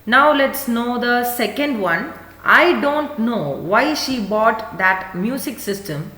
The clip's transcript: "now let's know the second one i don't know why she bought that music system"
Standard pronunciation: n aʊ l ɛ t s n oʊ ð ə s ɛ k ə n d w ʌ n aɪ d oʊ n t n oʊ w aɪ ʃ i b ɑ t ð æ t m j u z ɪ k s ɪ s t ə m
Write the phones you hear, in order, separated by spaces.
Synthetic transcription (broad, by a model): n aʊ l ɛ t s n oʊ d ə s ɛ k ə n d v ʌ n aɪ d oʊ n t n oʊ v aɪ ʃ i b ɑ t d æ t m j u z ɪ k s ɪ s t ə m